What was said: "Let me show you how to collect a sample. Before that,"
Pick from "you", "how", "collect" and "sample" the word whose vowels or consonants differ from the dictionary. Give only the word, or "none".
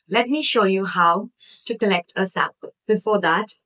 sample